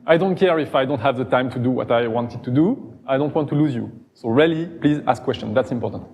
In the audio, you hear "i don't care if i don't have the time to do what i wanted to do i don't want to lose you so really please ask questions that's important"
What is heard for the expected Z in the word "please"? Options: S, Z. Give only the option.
Z